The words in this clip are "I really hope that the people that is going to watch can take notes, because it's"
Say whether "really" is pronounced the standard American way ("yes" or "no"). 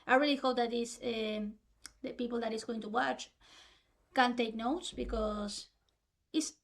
yes